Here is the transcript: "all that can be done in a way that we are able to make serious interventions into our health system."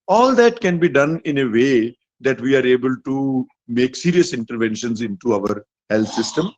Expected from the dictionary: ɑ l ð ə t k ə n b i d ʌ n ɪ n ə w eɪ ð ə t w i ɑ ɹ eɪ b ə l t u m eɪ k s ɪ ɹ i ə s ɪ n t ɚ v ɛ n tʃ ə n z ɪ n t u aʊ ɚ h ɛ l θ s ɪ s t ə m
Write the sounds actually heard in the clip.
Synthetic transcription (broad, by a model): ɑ l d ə t k ə n b i d ʌ n ɪ n ə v eɪ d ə t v i ɑ ɹ eɪ b ə l t u m eɪ k s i ɹ i ə s ɪ n t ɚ v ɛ n ʃ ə n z ɪ n t u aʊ ɚ h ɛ l t s ɪ s t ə m